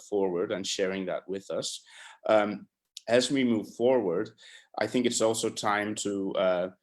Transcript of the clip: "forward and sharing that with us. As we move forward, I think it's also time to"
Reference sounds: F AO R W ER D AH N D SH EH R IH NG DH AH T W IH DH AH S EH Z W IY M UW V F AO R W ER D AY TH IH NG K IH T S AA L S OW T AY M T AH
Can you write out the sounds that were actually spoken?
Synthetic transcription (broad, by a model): F AO R W ER D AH N SH EH R IH NG DH AH T W IH DH AH S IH Z W IY M UW V F AO R W ER D AY TH IH NG K IH T S AA L S OW T AY M T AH